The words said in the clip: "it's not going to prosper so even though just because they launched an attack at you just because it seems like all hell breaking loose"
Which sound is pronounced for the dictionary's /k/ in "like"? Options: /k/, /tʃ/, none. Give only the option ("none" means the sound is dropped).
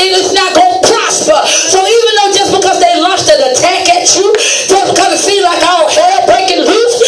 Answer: /k/